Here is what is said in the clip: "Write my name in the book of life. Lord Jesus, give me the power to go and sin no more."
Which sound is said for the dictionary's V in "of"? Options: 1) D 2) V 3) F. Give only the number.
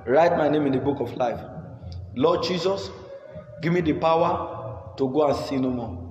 3